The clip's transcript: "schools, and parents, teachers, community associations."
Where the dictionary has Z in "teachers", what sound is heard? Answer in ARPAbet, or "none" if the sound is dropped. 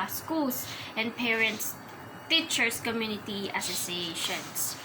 S